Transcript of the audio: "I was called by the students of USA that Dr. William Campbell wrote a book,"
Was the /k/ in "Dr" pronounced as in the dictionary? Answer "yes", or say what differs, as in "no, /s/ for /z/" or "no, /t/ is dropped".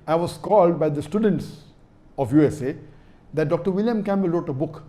yes